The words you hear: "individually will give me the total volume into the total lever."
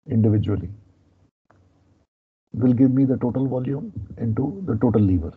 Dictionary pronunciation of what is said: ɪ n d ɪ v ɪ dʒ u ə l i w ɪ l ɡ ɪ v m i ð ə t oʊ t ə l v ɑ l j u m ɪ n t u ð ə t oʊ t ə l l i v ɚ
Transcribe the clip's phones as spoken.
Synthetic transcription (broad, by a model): ɪ n d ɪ v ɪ dʒ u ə l i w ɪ l ɡ ɪ v m i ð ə t oʊ t ə l v ɑ l j u m ɪ n t u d ə t oʊ t ə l l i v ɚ